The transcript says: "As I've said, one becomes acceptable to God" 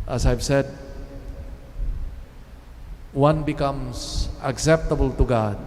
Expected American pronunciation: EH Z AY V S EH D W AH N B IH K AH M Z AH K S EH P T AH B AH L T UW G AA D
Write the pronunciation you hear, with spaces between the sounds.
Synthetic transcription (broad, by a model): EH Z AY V S EH D W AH N B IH K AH M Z AH K S EH P T AH B AH L T UW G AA